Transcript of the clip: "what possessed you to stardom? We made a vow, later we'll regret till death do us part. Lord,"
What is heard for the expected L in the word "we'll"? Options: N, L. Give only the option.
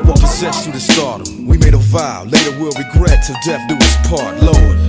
L